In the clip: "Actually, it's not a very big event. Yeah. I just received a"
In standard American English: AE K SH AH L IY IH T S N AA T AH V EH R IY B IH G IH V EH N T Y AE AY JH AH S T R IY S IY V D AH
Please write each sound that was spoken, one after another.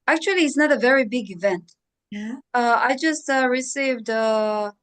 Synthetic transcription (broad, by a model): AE K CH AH L IY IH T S N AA T AH V EH R IY B IH G IH V EH N T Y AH AY JH AH S T R IY S IY V D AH